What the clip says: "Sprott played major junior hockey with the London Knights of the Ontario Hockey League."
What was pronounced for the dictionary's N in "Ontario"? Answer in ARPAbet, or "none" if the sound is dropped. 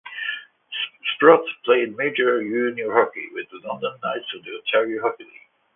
none